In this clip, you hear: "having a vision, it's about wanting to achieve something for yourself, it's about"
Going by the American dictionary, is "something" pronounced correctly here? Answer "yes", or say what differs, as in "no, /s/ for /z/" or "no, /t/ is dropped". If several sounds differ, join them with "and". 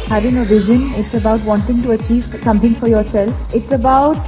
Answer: no, /t/ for /θ/